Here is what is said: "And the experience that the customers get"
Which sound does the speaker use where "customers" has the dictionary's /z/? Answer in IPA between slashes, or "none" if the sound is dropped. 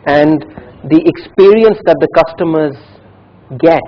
/z/